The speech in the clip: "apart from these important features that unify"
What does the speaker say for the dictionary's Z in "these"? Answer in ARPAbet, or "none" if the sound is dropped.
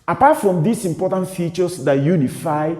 S